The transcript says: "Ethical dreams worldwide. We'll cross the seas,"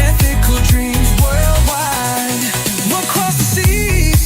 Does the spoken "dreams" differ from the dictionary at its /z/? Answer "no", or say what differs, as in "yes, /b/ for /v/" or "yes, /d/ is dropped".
no